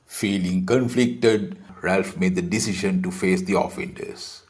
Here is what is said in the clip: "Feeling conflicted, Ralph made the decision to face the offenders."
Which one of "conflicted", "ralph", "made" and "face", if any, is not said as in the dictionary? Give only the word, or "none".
none